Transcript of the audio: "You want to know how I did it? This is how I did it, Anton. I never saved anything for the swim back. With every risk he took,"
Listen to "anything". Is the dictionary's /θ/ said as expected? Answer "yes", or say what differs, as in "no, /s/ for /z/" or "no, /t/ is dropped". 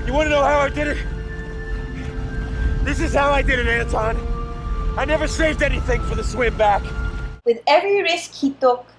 yes